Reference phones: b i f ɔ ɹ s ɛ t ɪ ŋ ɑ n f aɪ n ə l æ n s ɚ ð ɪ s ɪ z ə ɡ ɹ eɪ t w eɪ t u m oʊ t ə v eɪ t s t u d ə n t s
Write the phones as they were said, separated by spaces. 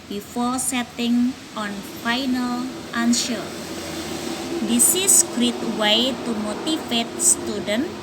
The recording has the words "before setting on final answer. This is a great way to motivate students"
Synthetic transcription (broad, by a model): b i f ɔ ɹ s ɛ t ɪ ŋ ɑ n f aɪ n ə l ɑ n ʃ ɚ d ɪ s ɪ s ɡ ɹ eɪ t w eɪ t u m oʊ t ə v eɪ t s t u d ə n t